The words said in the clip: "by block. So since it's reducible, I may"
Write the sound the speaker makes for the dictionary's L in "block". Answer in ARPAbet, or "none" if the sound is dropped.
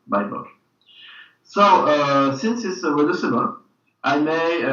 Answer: none